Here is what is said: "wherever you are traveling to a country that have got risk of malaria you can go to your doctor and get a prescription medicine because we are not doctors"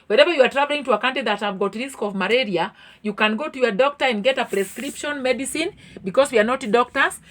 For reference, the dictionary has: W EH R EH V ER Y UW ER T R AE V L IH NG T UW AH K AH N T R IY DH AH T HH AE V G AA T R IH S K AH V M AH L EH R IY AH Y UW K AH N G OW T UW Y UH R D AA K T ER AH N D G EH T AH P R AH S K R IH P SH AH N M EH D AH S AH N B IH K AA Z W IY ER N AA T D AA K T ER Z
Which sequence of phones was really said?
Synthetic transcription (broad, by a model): W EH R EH V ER Y UW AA T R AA V L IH NG T UW AH K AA N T IY DH AH T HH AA V G AA T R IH S K AH V M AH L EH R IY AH Y UW K AH N G OW T UW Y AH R D AA K T ER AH N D G EH T AH P R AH S K R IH P SH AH N M EH D AH S AH N B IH K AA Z W IY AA N AA T D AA K T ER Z